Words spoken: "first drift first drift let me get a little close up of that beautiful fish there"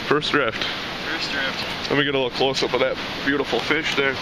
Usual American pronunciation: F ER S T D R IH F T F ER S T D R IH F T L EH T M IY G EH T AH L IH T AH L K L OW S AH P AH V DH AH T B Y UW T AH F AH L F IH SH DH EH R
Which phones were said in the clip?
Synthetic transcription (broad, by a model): F ER S D R IH F T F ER S D R IH F T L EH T M IY G EH T AH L IH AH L K L OW S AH B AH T DH AH T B Y UW T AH F L F IH SH DH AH R